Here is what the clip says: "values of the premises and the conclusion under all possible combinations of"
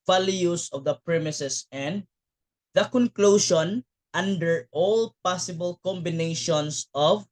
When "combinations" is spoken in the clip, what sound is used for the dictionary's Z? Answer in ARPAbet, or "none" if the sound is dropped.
S